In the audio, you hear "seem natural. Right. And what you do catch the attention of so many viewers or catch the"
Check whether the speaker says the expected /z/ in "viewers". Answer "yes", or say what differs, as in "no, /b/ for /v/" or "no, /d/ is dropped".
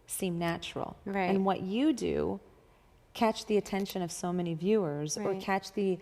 yes